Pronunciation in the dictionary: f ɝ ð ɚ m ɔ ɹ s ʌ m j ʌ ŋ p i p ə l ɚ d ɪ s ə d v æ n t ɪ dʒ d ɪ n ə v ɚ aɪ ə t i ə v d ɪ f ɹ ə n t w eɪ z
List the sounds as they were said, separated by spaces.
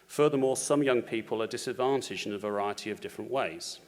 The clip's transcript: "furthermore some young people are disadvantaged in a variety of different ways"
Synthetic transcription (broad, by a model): f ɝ ð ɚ m ɔ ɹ s ʌ m j ʌ ŋ p i p ə l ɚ d ɪ s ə d v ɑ n t ɪ dʒ ɪ n ə v ɚ aɪ ə t i ə v d ɪ f ɹ ə n t w eɪ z